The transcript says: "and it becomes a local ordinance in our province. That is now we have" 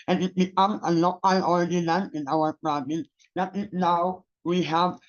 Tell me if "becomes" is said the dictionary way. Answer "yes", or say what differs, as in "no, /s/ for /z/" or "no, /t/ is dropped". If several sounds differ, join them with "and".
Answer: no, /z/ is dropped